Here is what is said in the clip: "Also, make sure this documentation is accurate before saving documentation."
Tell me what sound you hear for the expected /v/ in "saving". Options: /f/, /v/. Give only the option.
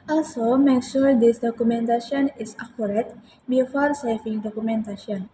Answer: /f/